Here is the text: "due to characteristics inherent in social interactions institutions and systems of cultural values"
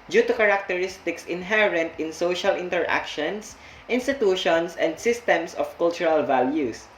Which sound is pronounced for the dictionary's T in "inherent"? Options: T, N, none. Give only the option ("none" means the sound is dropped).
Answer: T